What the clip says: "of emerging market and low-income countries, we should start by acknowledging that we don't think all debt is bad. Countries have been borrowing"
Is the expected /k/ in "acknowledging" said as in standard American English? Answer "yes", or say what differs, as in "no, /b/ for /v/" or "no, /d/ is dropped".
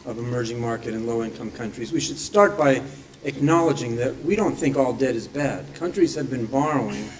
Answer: yes